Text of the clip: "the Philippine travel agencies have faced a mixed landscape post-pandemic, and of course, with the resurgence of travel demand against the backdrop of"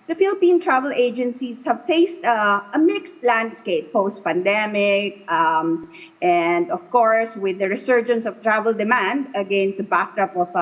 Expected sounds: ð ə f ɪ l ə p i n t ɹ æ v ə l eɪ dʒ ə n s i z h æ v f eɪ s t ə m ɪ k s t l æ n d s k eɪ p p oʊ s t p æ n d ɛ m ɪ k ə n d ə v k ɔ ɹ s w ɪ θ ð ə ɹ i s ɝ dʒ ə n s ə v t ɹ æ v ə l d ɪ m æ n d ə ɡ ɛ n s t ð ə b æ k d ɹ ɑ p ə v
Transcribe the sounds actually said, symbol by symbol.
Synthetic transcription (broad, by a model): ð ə f ɪ l ə p i n t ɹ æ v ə l eɪ dʒ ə n s i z h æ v f eɪ s t ə m ɪ k s t l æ n d s k eɪ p p oʊ s t p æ n d ɛ m ɪ k ə n d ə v k ɔ ɹ s w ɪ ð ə ɹ i s ɝ dʒ ə n s ə v t ɹ æ v ə l d ɪ m æ n d ə ɡ ɛ n s t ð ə b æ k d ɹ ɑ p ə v